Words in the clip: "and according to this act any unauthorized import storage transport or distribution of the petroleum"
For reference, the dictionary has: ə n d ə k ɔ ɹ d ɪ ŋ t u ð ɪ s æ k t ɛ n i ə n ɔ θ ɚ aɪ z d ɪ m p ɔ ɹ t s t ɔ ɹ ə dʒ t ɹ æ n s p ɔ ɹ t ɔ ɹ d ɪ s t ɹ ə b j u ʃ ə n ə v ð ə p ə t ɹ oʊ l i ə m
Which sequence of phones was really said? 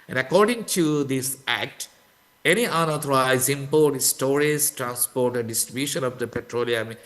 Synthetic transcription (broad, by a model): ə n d ə k ɔ ɹ d ɪ ŋ t u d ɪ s æ k t ɛ n i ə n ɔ t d aɪ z ɪ m p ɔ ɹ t s t ɔ ɹ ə z t ɹ æ n s p ɔ ɹ t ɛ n d ɪ s t ɹ ə b j u ʃ ə n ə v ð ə p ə t ɹ oʊ l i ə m